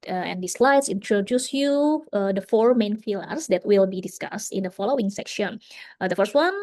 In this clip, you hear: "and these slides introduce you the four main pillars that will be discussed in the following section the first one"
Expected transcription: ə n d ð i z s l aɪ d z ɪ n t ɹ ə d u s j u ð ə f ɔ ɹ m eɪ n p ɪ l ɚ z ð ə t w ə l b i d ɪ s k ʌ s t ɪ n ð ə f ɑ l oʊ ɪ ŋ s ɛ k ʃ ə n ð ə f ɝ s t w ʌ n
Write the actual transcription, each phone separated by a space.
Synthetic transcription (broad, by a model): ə n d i s l aɪ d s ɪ n t ɹ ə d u s j u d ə f ɔ ɹ m eɪ n f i l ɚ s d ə t w ə l b i d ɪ s k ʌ s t ɪ n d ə f ɑ l oʊ ɪ ŋ s ɛ k ʃ ə n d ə f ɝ s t w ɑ n